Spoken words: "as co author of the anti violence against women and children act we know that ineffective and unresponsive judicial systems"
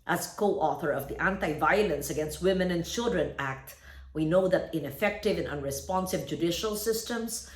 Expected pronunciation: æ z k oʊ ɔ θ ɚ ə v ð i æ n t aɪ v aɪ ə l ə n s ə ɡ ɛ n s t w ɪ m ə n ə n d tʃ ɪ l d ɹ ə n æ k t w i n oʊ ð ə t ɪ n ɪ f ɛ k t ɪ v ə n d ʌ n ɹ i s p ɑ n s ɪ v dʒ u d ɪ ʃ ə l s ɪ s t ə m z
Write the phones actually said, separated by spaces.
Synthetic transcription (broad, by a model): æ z k oʊ ɔ θ ɚ ə v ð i æ n t aɪ v aɪ ə l ə n s ə ɡ ɛ n s t w ɪ m ə n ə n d tʃ ɪ l d ɹ ə n æ k t w i n oʊ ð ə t ɪ n ɪ f ɛ k t ɪ v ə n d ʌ n ɹ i s p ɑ n s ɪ b dʒ u d ɪ ʃ ə l s ɪ s t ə m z